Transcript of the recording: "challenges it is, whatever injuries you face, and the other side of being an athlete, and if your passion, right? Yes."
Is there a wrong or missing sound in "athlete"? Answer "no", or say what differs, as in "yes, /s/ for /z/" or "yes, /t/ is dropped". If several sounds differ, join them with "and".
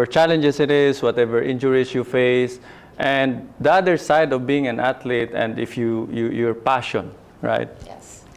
yes, /t/ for /θ/